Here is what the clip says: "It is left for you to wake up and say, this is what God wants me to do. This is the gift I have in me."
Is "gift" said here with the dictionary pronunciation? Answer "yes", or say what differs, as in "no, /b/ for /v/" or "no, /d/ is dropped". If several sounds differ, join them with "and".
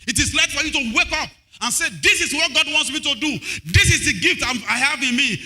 yes